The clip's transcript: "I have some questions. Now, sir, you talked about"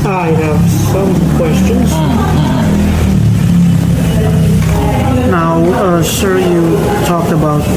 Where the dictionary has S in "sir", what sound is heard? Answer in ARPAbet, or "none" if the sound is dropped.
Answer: SH